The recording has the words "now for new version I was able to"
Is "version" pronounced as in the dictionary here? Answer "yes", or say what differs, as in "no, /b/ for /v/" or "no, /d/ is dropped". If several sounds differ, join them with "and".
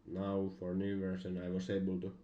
no, /s/ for /ʒ/